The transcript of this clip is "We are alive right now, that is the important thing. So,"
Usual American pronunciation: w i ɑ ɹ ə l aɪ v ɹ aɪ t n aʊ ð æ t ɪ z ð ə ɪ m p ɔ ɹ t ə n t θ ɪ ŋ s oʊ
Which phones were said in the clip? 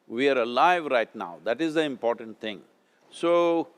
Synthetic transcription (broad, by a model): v i ɑ ɹ ə l aɪ v ɹ aɪ t n aʊ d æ t ɪ z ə ɪ m p ɔ ɹ t ə n t t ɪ ŋ s oʊ